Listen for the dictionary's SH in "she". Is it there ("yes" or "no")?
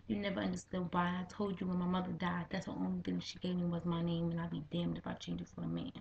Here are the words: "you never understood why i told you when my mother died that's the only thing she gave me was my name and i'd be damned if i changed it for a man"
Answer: yes